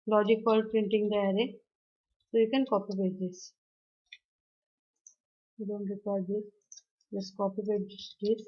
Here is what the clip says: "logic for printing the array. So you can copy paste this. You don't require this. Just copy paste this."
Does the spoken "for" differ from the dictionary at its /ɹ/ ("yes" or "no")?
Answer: yes